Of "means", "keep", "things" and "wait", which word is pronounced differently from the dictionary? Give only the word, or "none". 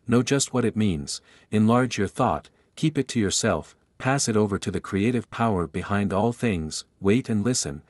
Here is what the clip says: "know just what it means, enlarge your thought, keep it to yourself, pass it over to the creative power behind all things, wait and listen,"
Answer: none